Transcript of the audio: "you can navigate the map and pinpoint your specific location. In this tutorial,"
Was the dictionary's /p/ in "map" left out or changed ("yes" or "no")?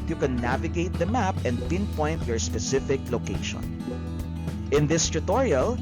no